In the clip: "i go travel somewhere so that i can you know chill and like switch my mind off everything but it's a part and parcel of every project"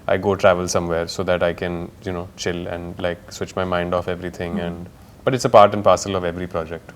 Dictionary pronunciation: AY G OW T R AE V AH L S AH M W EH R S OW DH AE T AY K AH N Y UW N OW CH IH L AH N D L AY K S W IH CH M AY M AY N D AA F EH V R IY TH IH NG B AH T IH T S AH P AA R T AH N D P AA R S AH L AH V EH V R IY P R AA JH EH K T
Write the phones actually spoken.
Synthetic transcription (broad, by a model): AY G OW T R AE V AH L S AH M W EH R S OW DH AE T AY K AH N Y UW N OW CH IH L AH N D L AY K S W IH CH M AY M AY N D AA F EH V R IY T IH NG B AH T IH T S AH P AA R T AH N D P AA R S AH L AH V EH V R IY P R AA JH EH K T